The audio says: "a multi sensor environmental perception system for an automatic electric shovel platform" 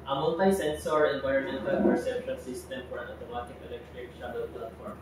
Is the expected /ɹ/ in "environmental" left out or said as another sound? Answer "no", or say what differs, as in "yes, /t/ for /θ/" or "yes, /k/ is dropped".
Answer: yes, /ɹ/ is dropped